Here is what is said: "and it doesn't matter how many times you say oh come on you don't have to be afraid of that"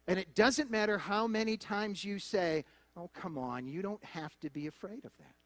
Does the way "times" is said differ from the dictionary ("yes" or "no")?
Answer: no